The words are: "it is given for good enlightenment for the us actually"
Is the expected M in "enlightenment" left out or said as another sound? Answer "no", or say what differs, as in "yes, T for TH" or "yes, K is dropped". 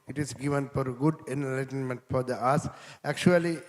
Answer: no